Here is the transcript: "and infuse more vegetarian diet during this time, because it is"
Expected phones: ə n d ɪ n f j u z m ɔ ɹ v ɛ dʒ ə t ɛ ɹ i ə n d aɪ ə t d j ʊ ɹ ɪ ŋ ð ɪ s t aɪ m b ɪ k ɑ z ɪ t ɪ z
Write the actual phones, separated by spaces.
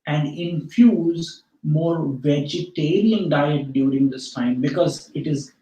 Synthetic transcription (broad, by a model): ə n d ɪ n f j u z m ɔ ɹ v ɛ dʒ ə t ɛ ɹ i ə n d aɪ ə t d j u ɹ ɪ ŋ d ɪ s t aɪ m b ɪ k ɑ z ɪ t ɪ z